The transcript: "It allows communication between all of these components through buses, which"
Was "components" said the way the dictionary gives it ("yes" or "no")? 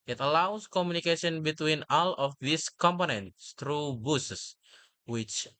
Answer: yes